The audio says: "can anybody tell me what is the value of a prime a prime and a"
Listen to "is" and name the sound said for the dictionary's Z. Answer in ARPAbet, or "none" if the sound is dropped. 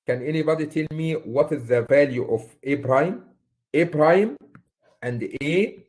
Z